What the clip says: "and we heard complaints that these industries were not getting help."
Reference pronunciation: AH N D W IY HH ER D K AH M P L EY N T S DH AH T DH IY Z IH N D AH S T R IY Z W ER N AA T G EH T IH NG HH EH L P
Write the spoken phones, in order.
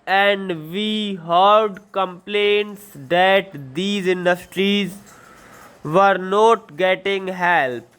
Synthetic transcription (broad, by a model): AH N D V IY HH ER D K AH M P L EY N T S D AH T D IY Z IH N D AH S T R IY Z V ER N AA T G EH T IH NG HH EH L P